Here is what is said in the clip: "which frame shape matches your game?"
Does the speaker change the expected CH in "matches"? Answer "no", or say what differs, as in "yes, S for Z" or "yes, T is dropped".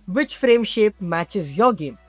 no